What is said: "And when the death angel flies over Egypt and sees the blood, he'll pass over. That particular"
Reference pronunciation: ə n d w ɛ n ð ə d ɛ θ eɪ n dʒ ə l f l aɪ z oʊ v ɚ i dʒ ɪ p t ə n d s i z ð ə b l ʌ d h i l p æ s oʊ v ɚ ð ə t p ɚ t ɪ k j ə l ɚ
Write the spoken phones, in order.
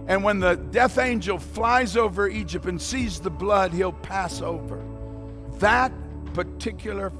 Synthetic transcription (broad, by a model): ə n w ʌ n ð ə d ɛ θ eɪ n dʒ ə l f l aɪ z oʊ v ɚ i dʒ ɪ p t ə n s i z ð ə b l ʌ d h i l p æ s oʊ v ɚ ð ə t p ɚ t ɪ k j l ɚ